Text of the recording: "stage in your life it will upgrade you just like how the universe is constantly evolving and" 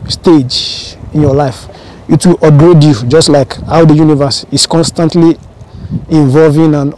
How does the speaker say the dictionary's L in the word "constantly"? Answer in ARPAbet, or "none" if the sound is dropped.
L